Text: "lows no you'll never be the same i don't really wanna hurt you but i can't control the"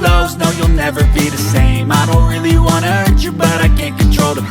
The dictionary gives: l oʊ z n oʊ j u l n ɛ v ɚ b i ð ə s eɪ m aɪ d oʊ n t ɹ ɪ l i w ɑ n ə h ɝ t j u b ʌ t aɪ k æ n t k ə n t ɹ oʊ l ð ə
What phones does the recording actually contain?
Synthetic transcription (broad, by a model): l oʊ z n oʊ j u l n ɛ v ɚ b i ð ə s eɪ m aɪ d oʊ n t ɹ ɪ l i w ɑ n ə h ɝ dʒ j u b ʌ t aɪ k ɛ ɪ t k n t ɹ oʊ l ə